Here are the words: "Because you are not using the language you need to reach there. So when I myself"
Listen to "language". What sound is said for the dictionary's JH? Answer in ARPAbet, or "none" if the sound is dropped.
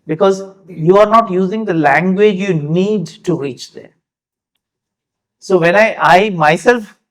JH